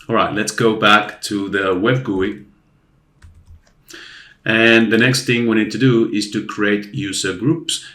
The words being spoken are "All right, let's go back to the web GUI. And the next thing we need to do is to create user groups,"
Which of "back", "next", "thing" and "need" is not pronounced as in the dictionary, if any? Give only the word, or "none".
none